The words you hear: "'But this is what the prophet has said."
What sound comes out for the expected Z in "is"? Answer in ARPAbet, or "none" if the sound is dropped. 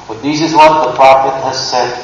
Z